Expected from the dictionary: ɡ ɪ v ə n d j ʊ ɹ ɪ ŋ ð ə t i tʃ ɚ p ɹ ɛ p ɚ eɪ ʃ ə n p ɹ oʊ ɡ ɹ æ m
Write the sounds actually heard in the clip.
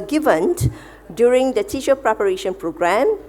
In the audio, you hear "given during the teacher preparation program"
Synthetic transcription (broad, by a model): ɡ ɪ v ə n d j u ɹ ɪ ŋ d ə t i ʃ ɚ p ɹ ɛ p ɚ eɪ ʃ ə n p ɹ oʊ ɡ ɹ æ m